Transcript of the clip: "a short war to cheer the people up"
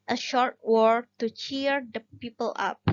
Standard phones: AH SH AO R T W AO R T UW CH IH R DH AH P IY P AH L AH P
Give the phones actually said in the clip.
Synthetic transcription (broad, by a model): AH SH AO R T W AO R T UW CH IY R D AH P IY P AH L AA P